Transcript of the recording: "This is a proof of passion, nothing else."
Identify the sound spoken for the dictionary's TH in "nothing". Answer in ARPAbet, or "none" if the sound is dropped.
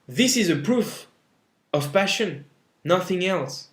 TH